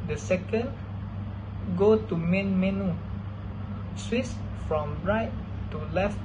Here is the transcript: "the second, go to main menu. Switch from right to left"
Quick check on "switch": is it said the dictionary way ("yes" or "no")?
no